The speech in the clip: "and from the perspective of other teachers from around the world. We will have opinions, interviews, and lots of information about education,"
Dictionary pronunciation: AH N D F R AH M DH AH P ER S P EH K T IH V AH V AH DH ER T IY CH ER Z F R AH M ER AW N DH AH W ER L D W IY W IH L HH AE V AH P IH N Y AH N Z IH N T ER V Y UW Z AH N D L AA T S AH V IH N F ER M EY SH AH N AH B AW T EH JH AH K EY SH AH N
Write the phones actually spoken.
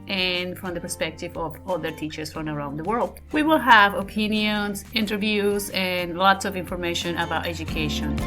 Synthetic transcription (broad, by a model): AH N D F R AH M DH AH P ER S P EH K T IH V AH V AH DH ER T IY CH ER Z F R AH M ER AW N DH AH W ER L D W IY W IH L HH AE V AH P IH N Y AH N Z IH N T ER V Y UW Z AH N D L AA T S AH V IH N F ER M EY SH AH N AH B AW T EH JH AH K EY SH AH N